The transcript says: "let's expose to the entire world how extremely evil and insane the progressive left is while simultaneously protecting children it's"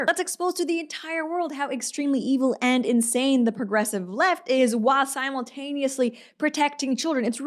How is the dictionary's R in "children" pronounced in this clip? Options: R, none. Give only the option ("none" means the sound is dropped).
R